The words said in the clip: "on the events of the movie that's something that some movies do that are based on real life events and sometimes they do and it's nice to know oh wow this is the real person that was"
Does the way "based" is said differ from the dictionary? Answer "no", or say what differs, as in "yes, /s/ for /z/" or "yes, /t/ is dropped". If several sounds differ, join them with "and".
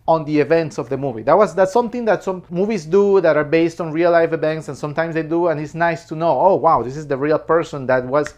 no